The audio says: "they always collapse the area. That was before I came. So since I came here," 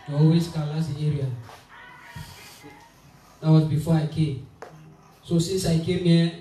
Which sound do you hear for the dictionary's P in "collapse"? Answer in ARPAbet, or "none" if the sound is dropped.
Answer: none